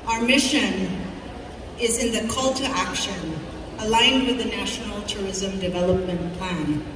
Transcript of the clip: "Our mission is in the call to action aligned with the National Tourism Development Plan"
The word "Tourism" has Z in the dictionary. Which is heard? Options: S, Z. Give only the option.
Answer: Z